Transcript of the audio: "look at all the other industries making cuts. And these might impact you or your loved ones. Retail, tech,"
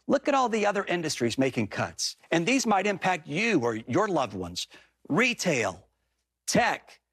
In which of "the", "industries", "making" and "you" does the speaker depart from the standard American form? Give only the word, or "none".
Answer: none